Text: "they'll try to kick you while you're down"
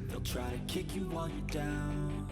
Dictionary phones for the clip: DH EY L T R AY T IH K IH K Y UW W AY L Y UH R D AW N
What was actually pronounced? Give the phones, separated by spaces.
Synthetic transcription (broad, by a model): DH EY L T R AY T IH K IH K Y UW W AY N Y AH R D AW N